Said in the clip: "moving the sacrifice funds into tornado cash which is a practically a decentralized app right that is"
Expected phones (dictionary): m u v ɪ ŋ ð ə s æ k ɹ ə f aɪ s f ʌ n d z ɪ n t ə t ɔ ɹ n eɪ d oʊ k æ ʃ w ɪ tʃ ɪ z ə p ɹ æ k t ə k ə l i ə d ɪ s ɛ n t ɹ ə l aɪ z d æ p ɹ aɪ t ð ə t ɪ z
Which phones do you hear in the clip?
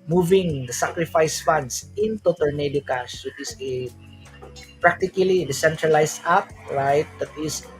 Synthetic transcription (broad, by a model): m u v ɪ ŋ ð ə s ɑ k ɹ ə f aɪ s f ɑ n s ɪ n t ə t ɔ l n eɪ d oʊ k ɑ s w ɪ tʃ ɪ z ə p ɹ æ k t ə k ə l i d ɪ s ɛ n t ɹ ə l aɪ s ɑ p ɹ aɪ t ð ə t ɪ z